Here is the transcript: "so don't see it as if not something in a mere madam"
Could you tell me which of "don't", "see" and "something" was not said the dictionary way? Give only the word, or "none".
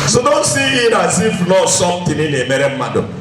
something